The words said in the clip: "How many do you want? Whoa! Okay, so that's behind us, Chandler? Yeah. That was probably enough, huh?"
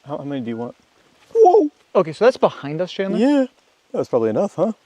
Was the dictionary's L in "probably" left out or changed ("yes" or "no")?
no